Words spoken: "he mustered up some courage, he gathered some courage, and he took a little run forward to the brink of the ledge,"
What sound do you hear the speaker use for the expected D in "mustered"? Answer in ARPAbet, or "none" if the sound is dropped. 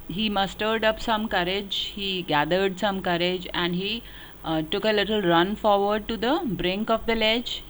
D